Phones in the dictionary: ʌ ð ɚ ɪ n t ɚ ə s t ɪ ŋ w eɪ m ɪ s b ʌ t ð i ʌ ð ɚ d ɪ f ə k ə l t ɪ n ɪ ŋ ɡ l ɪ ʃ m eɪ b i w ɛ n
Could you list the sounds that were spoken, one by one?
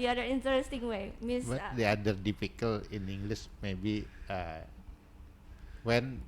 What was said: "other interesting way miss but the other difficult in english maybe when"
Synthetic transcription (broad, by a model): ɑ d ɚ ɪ n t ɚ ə s t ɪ ŋ w eɪ m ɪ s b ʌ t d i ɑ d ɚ d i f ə k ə l ɪ n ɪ ŋ ɡ l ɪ s m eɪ b i w ɛ n